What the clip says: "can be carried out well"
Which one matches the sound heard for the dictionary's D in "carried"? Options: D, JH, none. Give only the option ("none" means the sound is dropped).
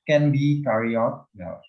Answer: none